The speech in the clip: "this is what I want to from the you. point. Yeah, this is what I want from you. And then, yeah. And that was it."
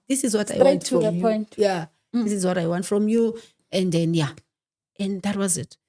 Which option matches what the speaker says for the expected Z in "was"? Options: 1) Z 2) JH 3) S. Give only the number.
1